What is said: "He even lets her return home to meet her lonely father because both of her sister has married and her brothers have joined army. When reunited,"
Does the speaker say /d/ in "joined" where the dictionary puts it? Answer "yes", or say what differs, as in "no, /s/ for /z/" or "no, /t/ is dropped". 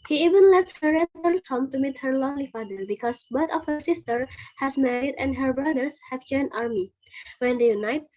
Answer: no, /d/ is dropped